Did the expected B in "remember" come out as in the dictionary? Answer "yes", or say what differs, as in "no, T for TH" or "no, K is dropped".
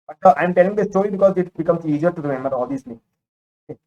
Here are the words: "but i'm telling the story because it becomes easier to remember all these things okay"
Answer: no, B is dropped